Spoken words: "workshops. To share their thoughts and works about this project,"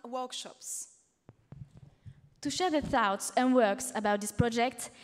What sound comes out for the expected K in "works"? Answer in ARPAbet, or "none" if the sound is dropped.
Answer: K